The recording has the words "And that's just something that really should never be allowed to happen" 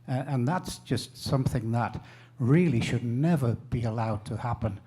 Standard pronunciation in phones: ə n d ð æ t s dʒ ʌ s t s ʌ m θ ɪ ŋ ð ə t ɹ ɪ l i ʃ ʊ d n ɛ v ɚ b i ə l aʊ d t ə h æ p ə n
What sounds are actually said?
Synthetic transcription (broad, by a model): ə n ð æ t s dʒ ʌ s t s ʌ m θ ɪ ŋ ð ə t ɹ ɪ l i ʃ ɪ d n ɛ v ɚ b i ə l aʊ d t ə h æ p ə n